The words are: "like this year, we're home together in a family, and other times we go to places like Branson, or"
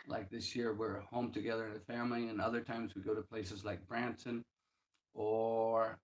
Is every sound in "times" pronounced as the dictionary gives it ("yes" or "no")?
yes